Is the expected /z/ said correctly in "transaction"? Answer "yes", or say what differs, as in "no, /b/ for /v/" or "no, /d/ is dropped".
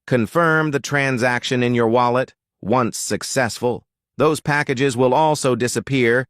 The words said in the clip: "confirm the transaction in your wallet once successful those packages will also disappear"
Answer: yes